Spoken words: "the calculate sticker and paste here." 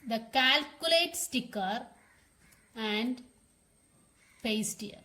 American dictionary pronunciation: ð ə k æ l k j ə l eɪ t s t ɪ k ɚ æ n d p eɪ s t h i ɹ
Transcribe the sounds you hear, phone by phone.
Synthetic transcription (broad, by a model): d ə k æ l k j ə l eɪ t s t ɪ k ɚ æ n d p eɪ s t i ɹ